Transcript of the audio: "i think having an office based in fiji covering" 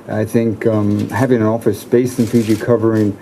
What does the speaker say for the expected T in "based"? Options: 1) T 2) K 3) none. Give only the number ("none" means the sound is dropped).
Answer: 3